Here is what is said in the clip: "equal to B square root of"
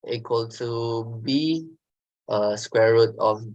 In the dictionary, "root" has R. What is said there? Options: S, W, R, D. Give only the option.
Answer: R